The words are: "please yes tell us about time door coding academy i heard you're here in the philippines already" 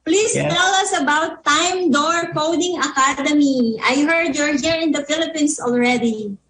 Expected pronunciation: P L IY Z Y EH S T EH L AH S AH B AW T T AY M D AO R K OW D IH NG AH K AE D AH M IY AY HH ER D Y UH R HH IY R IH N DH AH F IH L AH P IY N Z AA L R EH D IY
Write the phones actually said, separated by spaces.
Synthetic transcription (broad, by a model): P L IY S T EH L AH S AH B AW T T AY M D AO R K OW D IH NG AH K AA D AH M IY AY HH ER D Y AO R HH IY R IH N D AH F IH L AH P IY N S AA L R EH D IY